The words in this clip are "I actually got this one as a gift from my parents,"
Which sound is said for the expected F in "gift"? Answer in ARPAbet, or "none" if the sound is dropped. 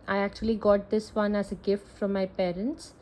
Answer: F